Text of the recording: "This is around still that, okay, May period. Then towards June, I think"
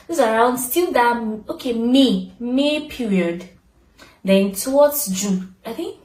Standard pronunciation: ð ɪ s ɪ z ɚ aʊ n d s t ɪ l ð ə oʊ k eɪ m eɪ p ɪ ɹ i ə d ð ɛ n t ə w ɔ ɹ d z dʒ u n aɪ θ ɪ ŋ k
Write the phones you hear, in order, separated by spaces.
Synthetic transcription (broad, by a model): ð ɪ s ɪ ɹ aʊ n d s t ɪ l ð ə oʊ k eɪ m eɪ p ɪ ɹ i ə d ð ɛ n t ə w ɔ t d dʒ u aɪ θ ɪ ŋ k